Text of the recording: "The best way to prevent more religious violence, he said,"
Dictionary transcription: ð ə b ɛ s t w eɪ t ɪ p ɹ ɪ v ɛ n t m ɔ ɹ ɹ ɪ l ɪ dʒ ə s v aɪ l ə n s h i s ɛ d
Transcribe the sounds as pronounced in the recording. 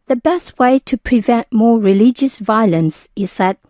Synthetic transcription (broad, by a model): ð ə b ɛ s t w eɪ t ɪ p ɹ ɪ v ɛ n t m ɔ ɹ ɹ ɪ l ɪ dʒ ə s v aɪ l ə n s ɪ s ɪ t